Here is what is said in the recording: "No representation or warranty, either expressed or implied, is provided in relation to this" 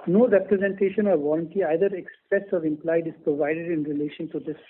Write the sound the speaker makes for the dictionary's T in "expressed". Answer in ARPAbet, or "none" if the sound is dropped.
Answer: none